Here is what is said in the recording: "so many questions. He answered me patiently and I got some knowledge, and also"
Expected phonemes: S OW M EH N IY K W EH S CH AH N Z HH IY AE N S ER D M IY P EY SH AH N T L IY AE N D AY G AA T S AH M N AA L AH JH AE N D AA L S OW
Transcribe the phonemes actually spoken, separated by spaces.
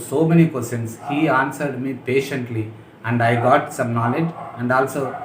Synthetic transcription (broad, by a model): S OW M EH N IY K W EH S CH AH N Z HH IY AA N S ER D M IY P EY SH AH N T L IY AE N D AY G AA T S AH M N AA L AH JH AE N D AA L S OW